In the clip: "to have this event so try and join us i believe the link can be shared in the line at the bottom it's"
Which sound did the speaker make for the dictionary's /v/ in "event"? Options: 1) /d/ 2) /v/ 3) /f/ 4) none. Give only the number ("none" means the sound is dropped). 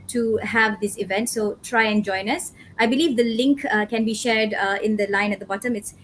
2